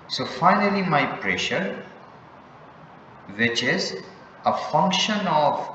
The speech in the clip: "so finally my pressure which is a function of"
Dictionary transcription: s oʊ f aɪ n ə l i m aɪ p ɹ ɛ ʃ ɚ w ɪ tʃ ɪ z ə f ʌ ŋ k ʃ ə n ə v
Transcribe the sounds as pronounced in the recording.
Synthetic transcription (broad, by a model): s oʊ f aɪ n ə l i m aɪ p ɹ ɛ ʃ ɚ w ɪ tʃ ɪ z ə f ʌ ŋ k ʃ ə n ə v